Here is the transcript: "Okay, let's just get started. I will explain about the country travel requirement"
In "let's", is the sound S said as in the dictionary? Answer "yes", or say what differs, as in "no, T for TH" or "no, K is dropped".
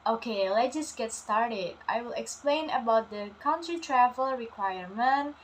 no, S is dropped